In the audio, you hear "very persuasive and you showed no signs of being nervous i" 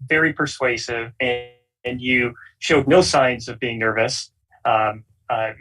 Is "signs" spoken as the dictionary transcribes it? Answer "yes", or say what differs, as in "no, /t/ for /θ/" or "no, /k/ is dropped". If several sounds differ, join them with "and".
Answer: yes